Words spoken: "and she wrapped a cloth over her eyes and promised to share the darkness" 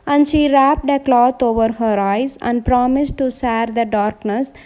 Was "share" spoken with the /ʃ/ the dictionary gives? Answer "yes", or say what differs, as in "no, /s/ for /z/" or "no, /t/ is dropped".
no, /s/ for /ʃ/